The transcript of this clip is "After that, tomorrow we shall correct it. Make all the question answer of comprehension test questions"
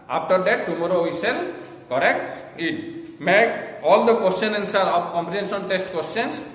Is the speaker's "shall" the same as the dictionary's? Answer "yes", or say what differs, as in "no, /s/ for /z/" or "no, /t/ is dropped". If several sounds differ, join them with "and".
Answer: no, /s/ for /ʃ/